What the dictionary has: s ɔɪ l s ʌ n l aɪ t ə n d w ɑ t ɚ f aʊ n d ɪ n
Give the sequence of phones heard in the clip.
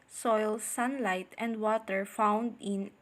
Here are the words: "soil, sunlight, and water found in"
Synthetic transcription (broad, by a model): s ɔɪ l s ʌ n l aɪ t ə n d w ɑ t ɚ f aʊ n d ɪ n